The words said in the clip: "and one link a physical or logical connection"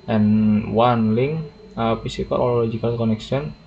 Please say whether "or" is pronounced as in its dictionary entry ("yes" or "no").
no